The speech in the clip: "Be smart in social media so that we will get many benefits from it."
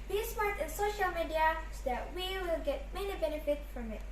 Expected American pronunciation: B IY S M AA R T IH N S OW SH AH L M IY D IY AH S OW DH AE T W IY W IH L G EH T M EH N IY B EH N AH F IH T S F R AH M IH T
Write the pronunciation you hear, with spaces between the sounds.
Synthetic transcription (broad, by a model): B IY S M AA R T IH N S OW SH AH L M IY D IY AH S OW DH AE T W IY W IH L G EH T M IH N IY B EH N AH F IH T F R AH M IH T